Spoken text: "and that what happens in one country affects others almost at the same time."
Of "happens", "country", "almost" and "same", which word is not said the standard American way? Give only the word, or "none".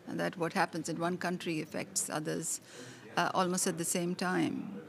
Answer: none